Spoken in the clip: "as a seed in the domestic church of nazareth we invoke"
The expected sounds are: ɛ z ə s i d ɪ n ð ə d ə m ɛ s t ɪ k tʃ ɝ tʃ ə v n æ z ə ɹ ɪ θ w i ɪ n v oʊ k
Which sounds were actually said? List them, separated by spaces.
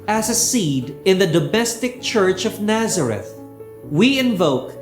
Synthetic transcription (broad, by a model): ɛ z ə s i d ɪ n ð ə d ə m ɛ s t ɪ k tʃ ɝ tʃ ə v n æ z ə ɹ ɪ θ w i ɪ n v oʊ k